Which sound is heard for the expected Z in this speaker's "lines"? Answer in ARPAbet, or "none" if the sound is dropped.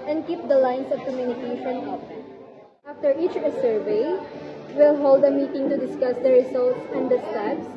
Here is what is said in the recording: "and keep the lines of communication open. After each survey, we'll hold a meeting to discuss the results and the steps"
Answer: S